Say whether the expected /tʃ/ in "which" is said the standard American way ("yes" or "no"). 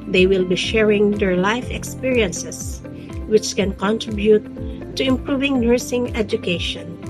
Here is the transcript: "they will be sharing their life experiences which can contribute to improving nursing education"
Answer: yes